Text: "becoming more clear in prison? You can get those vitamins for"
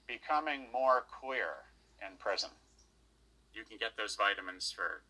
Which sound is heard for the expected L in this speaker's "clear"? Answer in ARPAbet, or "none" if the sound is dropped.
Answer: W